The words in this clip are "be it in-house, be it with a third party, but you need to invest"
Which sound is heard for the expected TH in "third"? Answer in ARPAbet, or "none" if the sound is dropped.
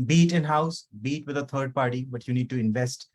T